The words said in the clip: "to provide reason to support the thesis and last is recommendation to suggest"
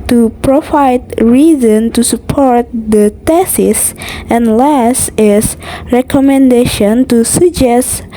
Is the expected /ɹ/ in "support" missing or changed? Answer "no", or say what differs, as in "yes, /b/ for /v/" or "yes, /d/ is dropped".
no